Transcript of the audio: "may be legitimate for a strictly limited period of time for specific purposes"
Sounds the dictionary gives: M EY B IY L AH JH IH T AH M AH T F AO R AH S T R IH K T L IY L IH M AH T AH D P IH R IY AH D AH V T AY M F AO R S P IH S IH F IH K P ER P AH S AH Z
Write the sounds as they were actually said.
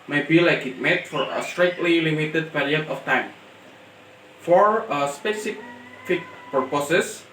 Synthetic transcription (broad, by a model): M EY B IY L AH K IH T M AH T F AO R AH S T R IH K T L IY L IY M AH T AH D P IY R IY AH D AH F T AY M F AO R S P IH S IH F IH K P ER P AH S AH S